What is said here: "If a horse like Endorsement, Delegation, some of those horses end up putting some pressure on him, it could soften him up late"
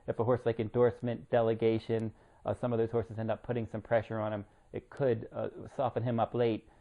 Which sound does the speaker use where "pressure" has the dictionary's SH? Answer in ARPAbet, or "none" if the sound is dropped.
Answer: SH